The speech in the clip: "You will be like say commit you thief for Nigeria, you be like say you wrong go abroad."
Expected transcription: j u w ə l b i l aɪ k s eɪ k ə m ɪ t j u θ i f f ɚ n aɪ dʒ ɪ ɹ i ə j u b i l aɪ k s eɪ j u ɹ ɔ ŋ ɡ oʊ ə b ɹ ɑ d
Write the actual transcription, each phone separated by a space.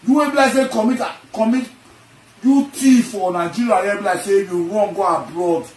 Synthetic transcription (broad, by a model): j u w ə b i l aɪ k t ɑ k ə m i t j u t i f f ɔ n aɪ dʒ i ɹ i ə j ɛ b i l aɪ s eɪ j u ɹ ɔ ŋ ɡ oʊ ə b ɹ ɑ d